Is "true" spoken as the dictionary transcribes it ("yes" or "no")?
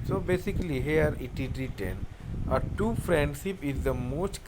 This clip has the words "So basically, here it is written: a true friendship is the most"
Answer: no